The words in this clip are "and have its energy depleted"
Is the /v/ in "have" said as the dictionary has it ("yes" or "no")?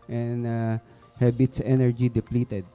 no